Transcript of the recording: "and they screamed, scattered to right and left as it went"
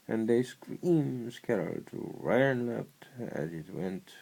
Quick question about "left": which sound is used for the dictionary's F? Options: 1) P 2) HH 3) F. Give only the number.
1